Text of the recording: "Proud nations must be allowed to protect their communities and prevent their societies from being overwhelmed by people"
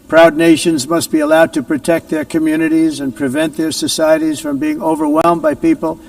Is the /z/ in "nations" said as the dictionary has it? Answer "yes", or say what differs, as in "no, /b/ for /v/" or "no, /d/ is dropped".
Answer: yes